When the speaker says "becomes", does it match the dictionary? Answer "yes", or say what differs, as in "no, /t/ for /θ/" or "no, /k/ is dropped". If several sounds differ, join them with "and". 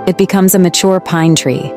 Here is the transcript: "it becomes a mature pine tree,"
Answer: yes